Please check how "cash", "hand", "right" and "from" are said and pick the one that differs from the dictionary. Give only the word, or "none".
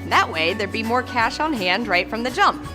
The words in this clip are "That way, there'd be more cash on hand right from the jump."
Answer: none